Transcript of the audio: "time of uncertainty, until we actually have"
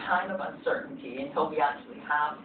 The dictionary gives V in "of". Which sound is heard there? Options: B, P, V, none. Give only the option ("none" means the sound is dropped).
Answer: V